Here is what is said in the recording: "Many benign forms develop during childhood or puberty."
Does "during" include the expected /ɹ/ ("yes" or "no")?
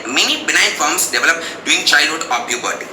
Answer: no